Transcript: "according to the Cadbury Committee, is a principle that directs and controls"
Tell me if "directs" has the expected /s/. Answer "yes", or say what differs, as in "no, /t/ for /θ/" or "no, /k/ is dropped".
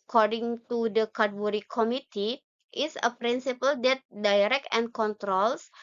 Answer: no, /s/ is dropped